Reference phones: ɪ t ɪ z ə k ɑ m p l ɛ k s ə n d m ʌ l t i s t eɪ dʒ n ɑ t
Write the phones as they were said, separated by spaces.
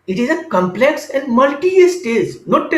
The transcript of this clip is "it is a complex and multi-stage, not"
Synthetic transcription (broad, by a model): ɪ t ɪ z ə k ɑ m p l ɛ k s ə n d m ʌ l t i s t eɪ z n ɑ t